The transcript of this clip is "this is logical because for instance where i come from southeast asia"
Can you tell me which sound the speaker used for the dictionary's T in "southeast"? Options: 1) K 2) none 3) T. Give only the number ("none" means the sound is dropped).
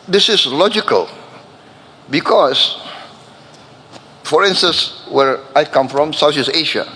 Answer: 2